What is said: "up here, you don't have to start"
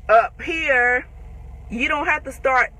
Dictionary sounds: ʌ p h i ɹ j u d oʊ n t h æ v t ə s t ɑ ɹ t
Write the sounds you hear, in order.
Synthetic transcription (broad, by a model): ʌ p h i ɹ j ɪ d oʊ n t h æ f t ə s t ɑ ɹ t